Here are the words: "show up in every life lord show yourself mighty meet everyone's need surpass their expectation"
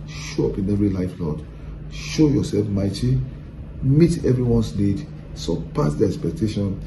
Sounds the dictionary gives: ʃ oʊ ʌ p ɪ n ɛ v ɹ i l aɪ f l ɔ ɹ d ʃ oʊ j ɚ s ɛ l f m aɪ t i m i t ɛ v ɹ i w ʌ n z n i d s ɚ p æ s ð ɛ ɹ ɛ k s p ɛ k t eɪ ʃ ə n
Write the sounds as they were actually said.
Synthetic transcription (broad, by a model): ʃ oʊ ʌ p ɪ n ɛ v ɹ i l aɪ f l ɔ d ʃ oʊ j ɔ s ɛ l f m aɪ t i m i t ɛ v ɹ i w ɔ n s n i d s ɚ p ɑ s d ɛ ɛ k s p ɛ k t eɪ ʃ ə n